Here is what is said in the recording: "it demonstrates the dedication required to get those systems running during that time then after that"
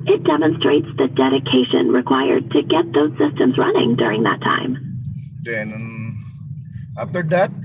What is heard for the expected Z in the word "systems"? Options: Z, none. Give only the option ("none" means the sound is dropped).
Z